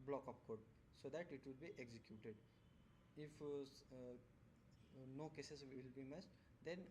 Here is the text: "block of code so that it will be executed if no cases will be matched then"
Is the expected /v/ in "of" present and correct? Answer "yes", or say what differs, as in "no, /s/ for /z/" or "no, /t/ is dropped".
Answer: no, /p/ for /v/